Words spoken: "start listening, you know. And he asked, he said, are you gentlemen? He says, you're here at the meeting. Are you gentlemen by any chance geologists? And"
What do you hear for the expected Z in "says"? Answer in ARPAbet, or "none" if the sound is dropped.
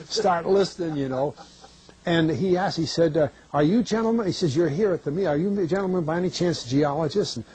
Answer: Z